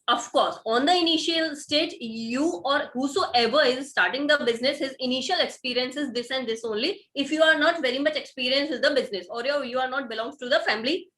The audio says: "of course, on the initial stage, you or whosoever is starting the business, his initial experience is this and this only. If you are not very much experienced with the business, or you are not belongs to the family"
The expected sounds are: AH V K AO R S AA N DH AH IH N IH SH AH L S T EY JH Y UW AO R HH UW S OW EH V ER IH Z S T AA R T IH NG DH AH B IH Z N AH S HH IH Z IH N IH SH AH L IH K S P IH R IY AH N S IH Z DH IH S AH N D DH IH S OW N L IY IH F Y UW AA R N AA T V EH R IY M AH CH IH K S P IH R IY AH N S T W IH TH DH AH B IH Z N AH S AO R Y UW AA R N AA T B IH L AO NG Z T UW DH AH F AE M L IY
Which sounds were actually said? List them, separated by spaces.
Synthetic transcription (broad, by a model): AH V K AO R S AA N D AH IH N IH SH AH L S T EY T Y UW AO R HH UW S OW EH V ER IH Z S T AA R T IH NG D AH B IH Z N AH S HH IH Z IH N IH SH AH L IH K S P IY R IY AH N S IH Z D IH S AH N D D IH S OW N L IY IH F Y UW AA R N AA T V EH R IY M AH CH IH K S P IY R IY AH N S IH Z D AH B IH Z N AH S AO R Y UW AA R N AA T B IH L AO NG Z T UW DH AH F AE M L IY